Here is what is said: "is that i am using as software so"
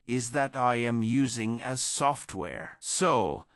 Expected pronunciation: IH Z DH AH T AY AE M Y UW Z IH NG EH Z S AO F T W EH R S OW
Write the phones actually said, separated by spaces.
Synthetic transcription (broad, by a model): IH Z DH AH T AY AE M Y UW Z IH NG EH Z S AO F T W EH R S OW